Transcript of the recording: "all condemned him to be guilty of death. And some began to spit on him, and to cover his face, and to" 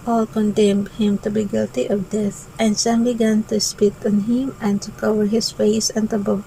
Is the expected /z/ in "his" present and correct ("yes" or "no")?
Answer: no